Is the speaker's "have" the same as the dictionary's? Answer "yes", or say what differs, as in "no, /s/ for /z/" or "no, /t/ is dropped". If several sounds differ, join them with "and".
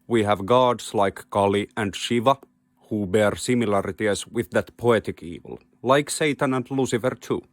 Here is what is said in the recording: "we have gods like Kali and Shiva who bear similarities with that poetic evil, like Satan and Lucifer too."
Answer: yes